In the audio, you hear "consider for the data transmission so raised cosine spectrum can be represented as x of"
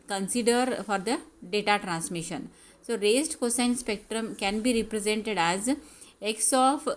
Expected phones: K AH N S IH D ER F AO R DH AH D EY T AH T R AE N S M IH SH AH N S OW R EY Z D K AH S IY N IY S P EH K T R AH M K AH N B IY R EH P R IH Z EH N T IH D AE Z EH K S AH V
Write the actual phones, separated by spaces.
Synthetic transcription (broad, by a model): K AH N S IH D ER F AO R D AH D EY T AH T R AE N S M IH SH AH N S OW R EY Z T K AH S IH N S P EH K T R AH M K AH N B IY R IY P R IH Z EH N T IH D AE Z EH K S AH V